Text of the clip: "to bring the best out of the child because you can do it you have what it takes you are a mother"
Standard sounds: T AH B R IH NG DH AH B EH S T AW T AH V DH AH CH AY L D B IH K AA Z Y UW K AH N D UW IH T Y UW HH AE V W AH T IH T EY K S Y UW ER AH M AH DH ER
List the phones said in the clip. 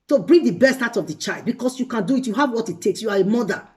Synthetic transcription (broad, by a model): T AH B R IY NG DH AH B EH S T AW T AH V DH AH CH AY L D B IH K AA S Y UW K AH N D UW IH T Y UW HH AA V W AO T IH T EY K S Y UW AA AH M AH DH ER